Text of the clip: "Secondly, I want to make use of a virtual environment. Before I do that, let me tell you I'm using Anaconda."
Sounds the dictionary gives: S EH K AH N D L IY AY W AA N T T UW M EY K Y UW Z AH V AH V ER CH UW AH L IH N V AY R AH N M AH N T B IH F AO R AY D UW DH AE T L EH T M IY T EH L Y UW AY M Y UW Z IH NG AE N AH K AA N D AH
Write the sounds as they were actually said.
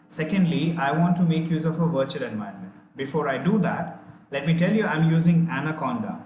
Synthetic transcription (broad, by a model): S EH K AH N D L IY AY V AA N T T UW M EY K Y UW Z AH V AH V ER CH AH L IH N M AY AH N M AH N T B IH F AO R AY D UW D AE T L EH T M IY T EH L Y UW AY M Y UW Z IH NG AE N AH K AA N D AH